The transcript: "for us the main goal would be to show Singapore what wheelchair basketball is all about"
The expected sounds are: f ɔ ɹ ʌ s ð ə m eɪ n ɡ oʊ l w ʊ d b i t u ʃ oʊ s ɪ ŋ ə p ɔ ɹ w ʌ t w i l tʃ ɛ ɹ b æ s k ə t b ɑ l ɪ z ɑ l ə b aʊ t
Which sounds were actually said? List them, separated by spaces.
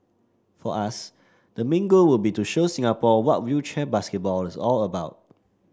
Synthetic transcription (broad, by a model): f ɔ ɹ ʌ s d ə m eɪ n ɡ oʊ w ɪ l b i t u ʃ oʊ s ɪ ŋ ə p ɔ w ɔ t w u tʃ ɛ b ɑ s k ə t b ɑ l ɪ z ɑ l ə b aʊ t